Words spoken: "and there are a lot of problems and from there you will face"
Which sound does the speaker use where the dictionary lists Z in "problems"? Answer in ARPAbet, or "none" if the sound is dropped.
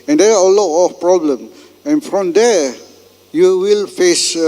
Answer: none